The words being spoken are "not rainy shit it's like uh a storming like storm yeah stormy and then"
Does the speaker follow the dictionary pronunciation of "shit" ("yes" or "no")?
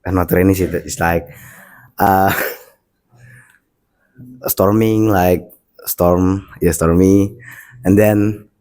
no